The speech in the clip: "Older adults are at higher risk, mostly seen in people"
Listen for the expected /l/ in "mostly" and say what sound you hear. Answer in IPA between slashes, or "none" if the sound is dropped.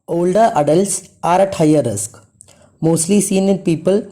/l/